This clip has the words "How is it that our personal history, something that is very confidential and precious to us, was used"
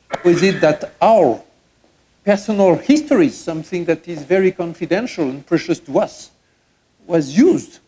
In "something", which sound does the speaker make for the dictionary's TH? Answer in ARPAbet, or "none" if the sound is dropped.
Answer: TH